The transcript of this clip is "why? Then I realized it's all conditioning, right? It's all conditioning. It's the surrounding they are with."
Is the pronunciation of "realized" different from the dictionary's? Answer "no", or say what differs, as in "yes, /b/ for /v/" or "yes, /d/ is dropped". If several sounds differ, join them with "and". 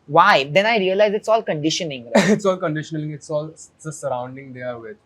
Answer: yes, /d/ is dropped